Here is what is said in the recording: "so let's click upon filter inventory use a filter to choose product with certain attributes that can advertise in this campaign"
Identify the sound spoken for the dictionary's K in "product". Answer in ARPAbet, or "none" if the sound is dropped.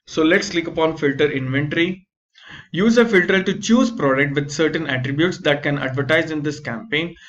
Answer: K